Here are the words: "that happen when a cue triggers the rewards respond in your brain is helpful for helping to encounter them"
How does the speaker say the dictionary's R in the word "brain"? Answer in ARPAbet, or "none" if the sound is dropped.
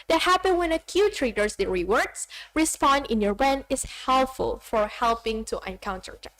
none